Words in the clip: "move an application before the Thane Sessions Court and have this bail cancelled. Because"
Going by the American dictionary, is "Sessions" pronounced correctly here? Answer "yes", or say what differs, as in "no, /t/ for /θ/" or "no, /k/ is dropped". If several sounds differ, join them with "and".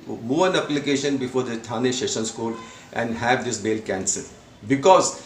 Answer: no, /ʃ/ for /s/ and /s/ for /z/